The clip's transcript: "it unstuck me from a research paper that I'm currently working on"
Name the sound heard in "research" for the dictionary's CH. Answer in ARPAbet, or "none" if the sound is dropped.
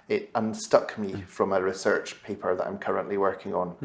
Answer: CH